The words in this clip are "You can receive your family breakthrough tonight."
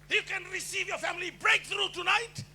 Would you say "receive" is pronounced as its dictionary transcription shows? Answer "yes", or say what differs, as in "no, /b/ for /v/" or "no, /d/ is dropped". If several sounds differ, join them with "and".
yes